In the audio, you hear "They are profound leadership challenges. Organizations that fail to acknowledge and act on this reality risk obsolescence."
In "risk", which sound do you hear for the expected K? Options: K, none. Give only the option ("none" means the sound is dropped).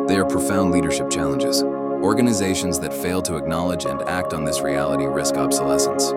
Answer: K